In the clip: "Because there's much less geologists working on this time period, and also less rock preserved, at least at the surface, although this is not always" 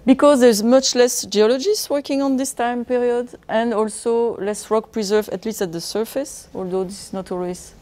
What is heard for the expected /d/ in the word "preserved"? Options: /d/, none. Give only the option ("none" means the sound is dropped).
none